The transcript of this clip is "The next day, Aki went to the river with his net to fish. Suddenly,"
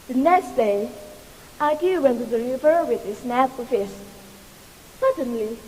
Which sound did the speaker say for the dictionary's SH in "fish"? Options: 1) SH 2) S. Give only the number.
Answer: 2